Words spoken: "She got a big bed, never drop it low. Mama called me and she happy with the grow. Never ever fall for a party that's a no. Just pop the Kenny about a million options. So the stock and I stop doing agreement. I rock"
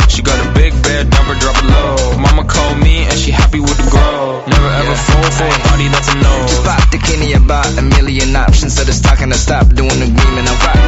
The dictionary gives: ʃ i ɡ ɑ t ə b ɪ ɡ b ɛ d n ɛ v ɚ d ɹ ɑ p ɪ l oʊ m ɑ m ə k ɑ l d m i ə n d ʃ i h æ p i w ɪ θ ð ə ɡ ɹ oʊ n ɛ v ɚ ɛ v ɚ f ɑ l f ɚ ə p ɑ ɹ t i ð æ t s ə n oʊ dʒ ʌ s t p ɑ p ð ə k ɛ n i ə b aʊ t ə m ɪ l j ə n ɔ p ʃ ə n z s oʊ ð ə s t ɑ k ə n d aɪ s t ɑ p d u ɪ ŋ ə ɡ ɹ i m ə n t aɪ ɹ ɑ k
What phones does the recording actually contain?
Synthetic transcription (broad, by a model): ʃ i ɡ ɑ t ə b ɪ ɡ b ɛ d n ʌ b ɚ d ɹ ɑ p ɪ l oʊ m ɑ m ə k ɑ l d m i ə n ʃ i h æ p i w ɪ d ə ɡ oʊ n ɛ v ɚ ɛ v ɚ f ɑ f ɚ ə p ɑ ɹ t i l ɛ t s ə n oʊ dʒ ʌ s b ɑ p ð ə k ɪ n i ə b aʊ t ə m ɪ l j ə n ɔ p ʃ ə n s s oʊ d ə s t ɑ k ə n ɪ s t ɑ p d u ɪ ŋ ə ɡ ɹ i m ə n aɪ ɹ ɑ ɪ